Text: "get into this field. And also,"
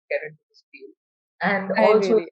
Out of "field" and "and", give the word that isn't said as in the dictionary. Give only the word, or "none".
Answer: field